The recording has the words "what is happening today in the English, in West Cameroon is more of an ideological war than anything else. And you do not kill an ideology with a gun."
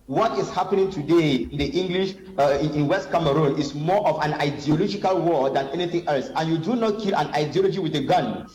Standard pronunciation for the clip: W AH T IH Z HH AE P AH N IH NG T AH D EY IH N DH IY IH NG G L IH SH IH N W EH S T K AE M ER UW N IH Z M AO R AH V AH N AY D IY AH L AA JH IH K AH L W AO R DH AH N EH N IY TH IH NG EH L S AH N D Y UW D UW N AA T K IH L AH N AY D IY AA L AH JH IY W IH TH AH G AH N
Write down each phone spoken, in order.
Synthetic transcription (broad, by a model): W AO T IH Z HH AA P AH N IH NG T AH D EY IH N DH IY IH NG G L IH SH IH N W EH S T K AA M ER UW N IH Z M AO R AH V AH N AY D IY AH L AA JH IH K AH L W AO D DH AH N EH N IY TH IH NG EH L S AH N Y UW D UW N AA T K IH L AH N AY D IY AA L AH JH IY W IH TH AH G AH N